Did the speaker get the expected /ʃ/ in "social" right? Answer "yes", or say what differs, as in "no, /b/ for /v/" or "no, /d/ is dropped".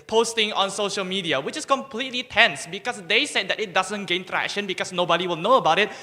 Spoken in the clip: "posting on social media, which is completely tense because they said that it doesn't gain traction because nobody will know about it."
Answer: yes